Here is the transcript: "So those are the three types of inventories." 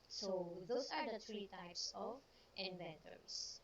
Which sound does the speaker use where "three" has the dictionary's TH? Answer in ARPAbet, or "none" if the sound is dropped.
T